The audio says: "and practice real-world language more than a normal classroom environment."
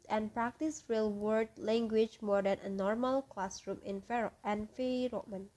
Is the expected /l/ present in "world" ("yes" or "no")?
no